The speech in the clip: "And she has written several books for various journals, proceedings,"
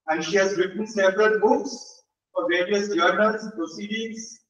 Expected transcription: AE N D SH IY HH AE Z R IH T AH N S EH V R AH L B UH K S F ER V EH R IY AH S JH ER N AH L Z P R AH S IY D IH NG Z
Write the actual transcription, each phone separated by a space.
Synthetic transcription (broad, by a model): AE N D SH IY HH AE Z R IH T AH N S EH P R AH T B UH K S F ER V EH R IY AH S JH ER N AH L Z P R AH S IY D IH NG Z